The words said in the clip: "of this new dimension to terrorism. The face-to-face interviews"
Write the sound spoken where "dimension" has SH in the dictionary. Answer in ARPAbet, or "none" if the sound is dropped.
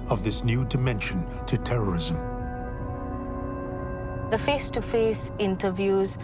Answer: SH